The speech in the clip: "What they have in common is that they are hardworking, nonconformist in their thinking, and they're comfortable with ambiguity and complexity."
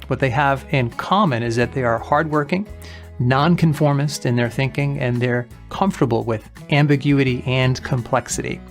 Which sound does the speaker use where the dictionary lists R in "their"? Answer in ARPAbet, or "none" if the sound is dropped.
R